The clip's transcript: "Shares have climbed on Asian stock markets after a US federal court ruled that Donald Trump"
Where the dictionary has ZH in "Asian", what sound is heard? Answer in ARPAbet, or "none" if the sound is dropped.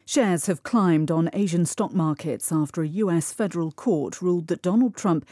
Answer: ZH